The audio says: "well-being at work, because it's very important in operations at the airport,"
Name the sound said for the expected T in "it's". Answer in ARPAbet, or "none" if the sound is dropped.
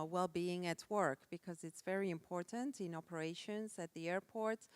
T